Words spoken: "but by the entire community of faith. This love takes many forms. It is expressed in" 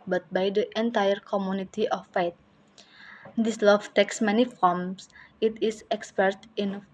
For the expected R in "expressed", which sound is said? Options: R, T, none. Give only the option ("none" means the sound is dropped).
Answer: none